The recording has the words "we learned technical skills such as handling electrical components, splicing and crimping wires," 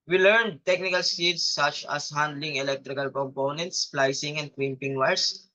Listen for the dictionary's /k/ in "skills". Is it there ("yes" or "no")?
no